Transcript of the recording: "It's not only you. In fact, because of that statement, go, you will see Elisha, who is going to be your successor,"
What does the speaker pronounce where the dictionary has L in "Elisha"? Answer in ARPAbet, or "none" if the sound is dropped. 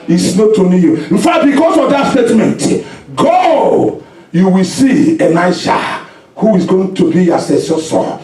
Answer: N